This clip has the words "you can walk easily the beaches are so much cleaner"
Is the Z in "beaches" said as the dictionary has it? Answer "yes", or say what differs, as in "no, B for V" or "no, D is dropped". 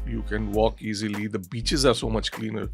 yes